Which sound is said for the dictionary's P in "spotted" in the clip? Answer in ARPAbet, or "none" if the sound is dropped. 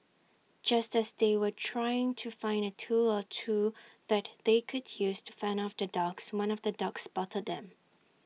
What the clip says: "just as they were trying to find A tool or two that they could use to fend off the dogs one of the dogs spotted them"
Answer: B